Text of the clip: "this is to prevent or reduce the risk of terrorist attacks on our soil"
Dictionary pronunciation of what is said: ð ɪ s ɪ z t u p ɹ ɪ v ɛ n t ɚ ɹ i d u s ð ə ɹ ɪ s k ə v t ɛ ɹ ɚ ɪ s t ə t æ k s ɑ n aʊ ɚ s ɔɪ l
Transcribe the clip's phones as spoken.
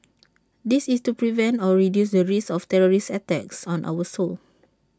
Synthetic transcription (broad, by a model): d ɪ s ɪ s t u p ɹ ɪ v ɛ n t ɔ ɹ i d u s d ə ɹ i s ə f t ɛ ɹ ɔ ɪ s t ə t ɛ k s ɑ n aʊ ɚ s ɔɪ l